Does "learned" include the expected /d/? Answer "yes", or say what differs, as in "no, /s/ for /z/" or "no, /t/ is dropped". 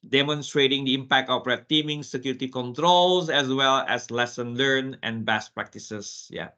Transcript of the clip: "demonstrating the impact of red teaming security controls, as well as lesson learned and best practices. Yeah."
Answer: no, /d/ is dropped